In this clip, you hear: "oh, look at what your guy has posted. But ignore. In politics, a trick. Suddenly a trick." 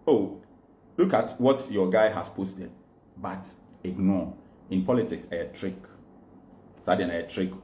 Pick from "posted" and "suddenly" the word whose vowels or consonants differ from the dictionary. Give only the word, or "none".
suddenly